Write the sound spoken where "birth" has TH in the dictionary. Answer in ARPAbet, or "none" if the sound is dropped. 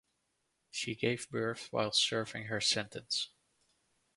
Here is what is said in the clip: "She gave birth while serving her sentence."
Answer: TH